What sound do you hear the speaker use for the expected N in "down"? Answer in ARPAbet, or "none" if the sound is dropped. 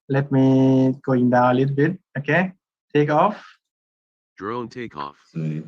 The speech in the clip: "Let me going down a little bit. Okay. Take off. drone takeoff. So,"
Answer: none